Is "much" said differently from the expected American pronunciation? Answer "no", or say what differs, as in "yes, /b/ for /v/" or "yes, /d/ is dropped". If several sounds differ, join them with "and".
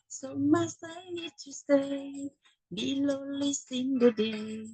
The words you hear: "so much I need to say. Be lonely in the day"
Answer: yes, /s/ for /tʃ/